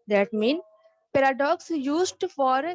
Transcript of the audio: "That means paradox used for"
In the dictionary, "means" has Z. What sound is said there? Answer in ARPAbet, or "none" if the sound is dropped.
none